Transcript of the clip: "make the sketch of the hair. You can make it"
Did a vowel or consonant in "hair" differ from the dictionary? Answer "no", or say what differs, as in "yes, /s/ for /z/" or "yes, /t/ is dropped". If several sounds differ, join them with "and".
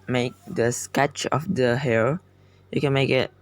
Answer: yes, /l/ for /ɹ/